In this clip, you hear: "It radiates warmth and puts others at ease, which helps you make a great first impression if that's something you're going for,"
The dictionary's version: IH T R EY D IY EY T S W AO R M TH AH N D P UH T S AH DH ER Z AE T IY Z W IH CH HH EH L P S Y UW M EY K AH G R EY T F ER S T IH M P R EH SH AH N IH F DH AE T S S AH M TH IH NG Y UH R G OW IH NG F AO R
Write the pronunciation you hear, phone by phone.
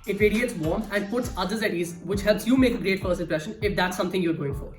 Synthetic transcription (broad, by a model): IH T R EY D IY EY T S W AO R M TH AH N D P UH T S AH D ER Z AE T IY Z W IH CH HH EH L P S Y UW M EY K AH G R EY T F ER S IH P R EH SH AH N IH F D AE T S S AH M T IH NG Y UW R G OW IH NG F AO R